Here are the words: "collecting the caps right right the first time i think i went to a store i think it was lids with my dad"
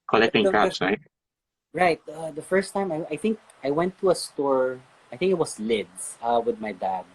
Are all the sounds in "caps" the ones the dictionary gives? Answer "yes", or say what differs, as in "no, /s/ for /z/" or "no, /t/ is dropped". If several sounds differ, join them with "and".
no, /p/ is dropped